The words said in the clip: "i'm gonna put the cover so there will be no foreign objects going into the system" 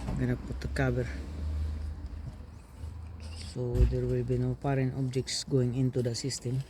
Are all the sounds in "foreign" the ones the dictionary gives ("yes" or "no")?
no